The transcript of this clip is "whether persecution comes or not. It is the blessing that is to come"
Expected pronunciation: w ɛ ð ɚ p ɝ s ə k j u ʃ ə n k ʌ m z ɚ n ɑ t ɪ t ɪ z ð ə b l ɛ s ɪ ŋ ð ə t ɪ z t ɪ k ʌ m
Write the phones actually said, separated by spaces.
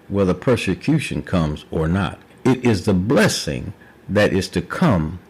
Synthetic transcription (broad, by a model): w ɛ ð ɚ p ɝ s ə k j u ʃ ə n k ʌ m z ɚ n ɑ t ɪ t ɪ z ð ə b l ɛ s ɪ ŋ ð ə t ɪ z t ɪ k ʌ m